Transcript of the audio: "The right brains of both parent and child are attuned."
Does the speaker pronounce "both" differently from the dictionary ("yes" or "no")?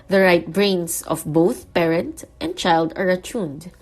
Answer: no